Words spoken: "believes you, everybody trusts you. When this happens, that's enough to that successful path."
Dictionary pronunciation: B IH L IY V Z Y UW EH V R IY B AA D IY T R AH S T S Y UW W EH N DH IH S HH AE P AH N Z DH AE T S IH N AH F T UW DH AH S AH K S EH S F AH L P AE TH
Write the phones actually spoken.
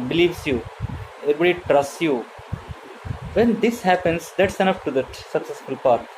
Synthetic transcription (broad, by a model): B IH L IY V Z Y UW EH R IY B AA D IY T R AH S T S Y UW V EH N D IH S HH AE P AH N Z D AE T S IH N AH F T UW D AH S AH K S EH S F AH L P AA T